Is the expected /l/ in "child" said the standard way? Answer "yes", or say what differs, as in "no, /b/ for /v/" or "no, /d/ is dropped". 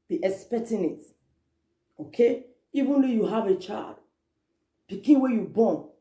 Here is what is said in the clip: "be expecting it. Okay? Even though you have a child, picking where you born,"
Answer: yes